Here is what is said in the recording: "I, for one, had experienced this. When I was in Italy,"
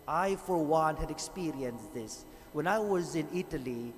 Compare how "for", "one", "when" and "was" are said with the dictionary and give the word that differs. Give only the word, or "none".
none